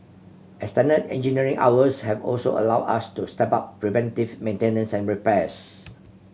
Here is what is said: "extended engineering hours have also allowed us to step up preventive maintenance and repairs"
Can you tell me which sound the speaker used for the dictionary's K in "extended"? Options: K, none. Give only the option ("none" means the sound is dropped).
none